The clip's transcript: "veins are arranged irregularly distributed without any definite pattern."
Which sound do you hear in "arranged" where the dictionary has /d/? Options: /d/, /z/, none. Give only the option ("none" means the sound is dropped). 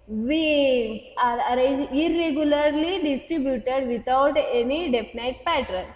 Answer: none